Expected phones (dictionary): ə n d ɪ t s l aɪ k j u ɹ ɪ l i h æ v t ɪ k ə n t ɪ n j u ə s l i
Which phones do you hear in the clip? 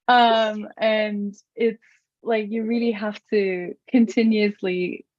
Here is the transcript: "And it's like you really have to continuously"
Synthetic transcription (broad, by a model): ə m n ɪ t s l aɪ k j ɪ ɹ ɪ l i h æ f t ɪ k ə n t ɪ n j u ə s l i